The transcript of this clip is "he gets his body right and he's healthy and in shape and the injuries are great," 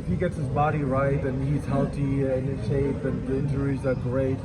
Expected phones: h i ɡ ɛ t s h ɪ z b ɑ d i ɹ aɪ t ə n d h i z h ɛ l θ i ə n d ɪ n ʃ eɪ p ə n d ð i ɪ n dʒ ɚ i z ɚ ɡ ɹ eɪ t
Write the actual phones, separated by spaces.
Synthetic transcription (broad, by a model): h i ɡ ɛ t s h ɪ z b ɑ d i ɹ aɪ t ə n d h i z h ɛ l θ i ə n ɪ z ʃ eɪ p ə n ð i ɪ n dʒ ɚ i z ɚ ɡ ɹ eɪ t